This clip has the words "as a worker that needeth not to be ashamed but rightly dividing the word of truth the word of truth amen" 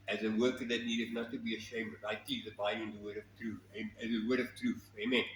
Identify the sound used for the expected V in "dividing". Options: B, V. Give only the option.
B